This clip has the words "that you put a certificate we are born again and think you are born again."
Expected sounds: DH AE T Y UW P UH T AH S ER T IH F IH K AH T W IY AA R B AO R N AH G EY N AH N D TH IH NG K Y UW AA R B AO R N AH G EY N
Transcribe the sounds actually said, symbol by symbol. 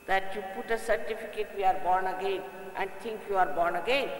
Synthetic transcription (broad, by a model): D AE T Y UW P UH T AH S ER T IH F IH K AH T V IY AA R B AO R N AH G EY N AH N D T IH NG K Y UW AA R B AO R N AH G EY N